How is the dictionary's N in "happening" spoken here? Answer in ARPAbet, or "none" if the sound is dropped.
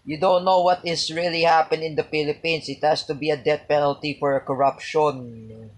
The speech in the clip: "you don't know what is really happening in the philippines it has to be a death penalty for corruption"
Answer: none